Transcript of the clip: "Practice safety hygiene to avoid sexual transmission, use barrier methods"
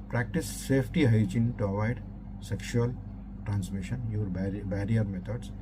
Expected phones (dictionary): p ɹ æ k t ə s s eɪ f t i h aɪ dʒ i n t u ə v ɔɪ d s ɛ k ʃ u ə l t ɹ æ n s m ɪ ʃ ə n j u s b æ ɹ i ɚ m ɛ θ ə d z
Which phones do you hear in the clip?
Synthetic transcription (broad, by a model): p ɹ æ k t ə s s eɪ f t i h aɪ dʒ i n t u ə v ɔɪ d s ɛ k ʃ u ə l t ɹ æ n s m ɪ ʃ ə n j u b b æ ɹ i ɚ m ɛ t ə d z